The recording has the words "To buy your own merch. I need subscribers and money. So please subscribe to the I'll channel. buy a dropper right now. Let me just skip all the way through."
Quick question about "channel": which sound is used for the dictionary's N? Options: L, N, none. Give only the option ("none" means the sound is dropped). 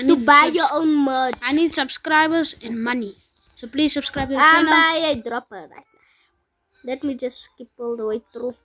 none